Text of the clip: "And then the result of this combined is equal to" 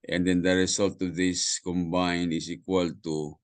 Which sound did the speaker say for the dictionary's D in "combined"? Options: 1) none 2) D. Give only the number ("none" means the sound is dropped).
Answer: 1